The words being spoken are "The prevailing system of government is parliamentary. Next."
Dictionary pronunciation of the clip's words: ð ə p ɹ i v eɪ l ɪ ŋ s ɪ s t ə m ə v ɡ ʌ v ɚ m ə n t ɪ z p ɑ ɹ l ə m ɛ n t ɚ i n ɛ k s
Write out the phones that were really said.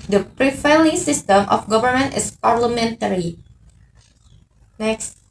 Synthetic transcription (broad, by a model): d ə p ɹ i f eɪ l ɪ s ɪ s t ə m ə f ɡ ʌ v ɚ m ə n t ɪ s p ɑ ɹ l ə m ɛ n t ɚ i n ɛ k s